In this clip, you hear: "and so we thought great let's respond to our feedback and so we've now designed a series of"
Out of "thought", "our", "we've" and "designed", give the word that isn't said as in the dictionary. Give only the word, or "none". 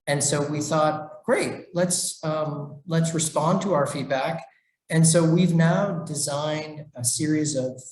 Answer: none